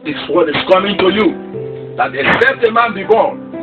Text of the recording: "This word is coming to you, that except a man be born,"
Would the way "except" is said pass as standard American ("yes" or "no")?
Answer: no